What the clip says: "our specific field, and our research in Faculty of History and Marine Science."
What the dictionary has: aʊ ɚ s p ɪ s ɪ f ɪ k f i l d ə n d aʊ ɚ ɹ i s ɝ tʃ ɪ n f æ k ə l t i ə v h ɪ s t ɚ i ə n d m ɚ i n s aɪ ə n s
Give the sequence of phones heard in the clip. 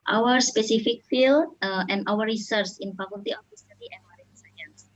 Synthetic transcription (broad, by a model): aʊ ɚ s p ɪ s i f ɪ k f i l ə n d aʊ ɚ ɹ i s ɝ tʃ ɪ n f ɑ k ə l t i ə f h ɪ s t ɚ i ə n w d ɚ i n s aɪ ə n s